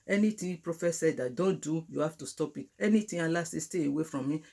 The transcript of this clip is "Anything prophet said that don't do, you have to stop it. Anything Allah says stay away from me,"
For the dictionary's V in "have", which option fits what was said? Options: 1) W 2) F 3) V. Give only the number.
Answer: 2